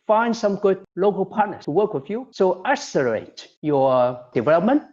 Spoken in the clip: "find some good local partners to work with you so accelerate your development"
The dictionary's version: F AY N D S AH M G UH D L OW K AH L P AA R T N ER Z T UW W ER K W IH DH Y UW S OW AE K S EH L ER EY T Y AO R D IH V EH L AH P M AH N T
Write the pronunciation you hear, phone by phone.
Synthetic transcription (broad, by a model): F AY N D S AH M G UH D L OW K AH L P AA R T N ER T UW W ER K W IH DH Y UW S OW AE S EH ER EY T Y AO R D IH V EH L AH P M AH N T